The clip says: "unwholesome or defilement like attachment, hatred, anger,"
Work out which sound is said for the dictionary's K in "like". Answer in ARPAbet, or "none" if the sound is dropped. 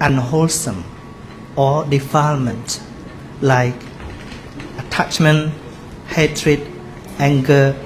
K